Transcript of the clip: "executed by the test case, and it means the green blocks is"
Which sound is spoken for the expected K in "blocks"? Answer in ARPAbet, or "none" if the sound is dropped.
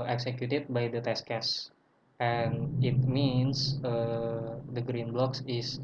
K